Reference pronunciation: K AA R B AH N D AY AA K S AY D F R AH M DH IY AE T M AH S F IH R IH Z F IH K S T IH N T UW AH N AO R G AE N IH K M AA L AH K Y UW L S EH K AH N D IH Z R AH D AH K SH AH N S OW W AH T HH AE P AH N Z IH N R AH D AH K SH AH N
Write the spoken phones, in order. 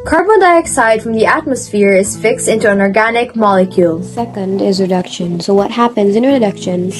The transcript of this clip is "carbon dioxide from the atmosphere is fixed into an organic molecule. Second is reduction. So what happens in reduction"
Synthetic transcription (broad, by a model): K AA R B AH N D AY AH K S AY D F R AH M DH IY AE T M AH S F IH R IH Z F IH K S T IH N T UW AH N AO R G AE N IH K M AA L AH K Y UW L S EH K AH N D IH Z R AH D AH K SH AH N S OW W AH T HH AE P AH N Z IH N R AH D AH K SH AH N